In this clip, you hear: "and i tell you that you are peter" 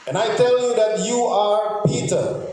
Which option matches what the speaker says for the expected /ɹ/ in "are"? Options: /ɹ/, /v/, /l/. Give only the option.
/ɹ/